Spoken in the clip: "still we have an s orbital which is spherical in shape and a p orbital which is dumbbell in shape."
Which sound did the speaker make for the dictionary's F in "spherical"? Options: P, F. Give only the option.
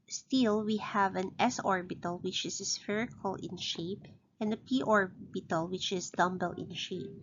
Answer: F